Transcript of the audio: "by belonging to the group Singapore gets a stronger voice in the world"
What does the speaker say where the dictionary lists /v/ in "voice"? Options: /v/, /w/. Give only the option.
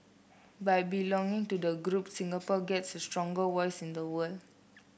/w/